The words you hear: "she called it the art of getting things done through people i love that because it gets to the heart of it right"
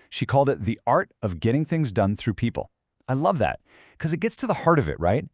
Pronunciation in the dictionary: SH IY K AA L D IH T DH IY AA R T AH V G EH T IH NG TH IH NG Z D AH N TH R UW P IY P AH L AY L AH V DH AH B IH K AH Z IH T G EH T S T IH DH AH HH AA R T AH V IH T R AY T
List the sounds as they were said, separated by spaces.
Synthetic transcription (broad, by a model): SH IY K AA L D IH T DH IY AA R T AH V G EH T IH NG TH IH NG Z D AH N TH R UW P IY P L AY L AH V DH AH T K AH Z IH T G EH T S T IH DH AH HH AA R T AH V IH T R AY T